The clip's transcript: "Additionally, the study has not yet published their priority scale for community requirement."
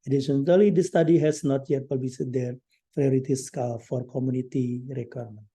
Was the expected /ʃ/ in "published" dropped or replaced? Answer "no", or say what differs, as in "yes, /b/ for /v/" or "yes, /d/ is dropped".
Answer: yes, /ʃ/ is dropped